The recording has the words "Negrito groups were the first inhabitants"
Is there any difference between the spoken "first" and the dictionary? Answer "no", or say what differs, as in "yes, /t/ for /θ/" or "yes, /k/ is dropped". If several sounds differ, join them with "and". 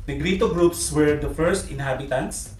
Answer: no